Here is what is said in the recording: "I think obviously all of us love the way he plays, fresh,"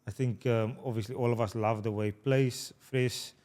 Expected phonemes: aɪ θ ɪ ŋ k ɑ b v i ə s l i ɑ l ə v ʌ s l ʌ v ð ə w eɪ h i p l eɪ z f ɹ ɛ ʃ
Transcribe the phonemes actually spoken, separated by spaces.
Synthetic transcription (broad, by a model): aɪ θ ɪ ŋ k ɑ b v i ə s l i ɑ l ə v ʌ s l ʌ v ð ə w eɪ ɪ p l eɪ s f ɹ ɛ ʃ